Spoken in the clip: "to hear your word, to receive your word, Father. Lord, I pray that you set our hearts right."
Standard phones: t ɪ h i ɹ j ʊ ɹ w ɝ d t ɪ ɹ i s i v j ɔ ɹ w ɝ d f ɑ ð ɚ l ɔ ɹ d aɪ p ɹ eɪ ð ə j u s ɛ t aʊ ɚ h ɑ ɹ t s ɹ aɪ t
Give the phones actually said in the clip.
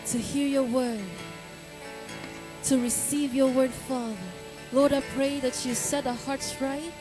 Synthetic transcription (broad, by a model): t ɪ h i ɹ j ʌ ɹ w ɝ d t ɪ ɹ i s i v j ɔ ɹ w ɝ d f ɑ ð ɚ l ɔ ɹ d aɪ p ɹ eɪ ð ə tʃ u s ɛ t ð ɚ h ɑ ɹ t s ɹ aɪ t